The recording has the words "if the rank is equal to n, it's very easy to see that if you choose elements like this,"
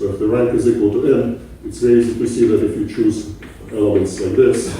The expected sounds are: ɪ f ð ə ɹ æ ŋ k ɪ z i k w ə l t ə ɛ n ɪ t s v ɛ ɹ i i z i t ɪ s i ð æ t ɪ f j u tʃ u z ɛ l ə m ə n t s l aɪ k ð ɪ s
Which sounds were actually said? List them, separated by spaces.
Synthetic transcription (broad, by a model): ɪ f ð ə ɹ æ ŋ k ɪ z i k w ə l t ə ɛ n ɪ t s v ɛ i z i t ɪ s i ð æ t ɪ f j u tʃ u z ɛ l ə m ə n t s l aɪ k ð ɪ s